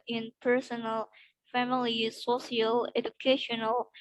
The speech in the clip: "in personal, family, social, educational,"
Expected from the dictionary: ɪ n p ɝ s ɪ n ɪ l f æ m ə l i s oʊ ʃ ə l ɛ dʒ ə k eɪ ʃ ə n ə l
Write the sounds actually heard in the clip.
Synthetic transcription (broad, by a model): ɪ n p ɝ s ɪ n ɪ l f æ m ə l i s oʊ s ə l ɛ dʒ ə k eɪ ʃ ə n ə l